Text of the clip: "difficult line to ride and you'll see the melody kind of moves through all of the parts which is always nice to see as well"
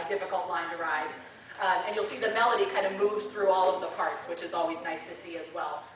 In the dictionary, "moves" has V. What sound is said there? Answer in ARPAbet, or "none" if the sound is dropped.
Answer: V